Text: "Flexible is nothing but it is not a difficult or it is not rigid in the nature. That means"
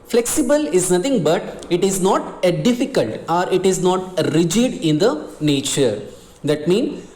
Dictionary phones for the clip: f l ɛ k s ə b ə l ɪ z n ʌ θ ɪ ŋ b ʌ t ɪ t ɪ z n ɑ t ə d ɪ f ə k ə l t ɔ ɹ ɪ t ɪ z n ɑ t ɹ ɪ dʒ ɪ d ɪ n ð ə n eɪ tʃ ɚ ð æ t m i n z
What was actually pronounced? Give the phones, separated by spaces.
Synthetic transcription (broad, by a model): f l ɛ k s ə b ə l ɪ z n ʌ t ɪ ŋ b ʌ t ɪ t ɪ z n ɑ t ə d ɪ f ə k ə l t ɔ ɹ ɪ t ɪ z n ɑ t ɹ ɪ dʒ ɪ d ɪ n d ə n eɪ tʃ ɚ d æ t m i n